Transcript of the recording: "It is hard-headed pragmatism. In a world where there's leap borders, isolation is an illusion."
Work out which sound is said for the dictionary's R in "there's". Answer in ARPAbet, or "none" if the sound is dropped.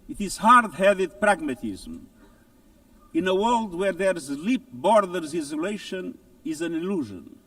R